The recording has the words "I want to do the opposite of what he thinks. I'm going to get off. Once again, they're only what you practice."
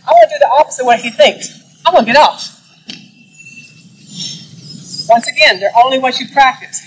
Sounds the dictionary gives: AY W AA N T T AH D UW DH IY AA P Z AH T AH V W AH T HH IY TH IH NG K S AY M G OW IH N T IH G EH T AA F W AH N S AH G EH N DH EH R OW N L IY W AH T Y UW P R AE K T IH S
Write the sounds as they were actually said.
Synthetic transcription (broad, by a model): AY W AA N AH D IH DH IY AA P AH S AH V W AH T HH IY TH IH NG K S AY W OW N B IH T AA F W AH N S AH G EH N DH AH R OW N L IY W AH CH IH P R AE K T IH S